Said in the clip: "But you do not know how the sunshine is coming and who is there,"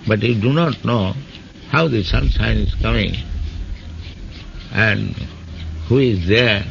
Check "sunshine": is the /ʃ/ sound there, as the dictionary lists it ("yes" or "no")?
no